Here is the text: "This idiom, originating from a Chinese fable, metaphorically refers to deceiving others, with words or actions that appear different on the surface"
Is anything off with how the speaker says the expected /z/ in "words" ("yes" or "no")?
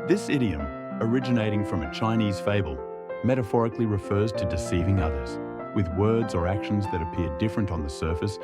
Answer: no